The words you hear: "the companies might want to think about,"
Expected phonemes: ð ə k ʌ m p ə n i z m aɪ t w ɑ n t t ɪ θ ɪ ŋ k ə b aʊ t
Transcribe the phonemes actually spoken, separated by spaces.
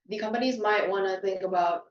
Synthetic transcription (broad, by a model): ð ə k ʌ m p ə n i z m aɪ t w ɑ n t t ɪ θ ɪ ŋ k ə b aʊ t